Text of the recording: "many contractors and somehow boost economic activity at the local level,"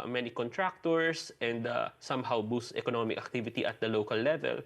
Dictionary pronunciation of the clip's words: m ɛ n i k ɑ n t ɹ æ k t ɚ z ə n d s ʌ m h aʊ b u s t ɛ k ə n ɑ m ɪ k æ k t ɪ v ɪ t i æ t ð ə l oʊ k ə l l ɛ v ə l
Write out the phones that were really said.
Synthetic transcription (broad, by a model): m ɛ n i k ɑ n t ɹ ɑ k t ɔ s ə n d s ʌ m h aʊ b u s t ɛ k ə n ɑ m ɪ k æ k t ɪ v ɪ t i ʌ t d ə l oʊ k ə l l ɛ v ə l